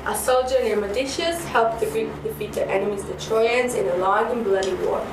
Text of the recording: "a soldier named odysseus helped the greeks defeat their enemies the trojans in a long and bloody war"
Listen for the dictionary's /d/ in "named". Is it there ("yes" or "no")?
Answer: no